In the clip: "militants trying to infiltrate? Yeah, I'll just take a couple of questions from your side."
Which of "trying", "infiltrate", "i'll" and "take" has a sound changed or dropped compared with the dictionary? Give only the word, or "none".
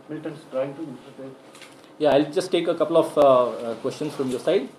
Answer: infiltrate